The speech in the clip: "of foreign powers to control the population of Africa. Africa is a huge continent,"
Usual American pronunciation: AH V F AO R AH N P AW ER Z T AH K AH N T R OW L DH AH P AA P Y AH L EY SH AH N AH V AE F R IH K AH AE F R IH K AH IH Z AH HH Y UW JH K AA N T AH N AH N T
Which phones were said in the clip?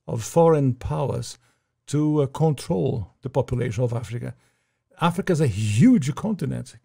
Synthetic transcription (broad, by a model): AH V F AO R AH N P AW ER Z T AH K AH N T R OW L DH AH P AA P Y AH L EY SH AH N AH V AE F R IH K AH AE F R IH K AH IH Z AH HH Y UW JH K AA N T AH N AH N T